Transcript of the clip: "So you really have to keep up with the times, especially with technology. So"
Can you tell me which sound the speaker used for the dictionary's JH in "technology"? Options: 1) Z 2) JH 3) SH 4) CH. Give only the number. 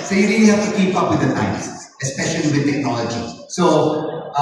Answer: 2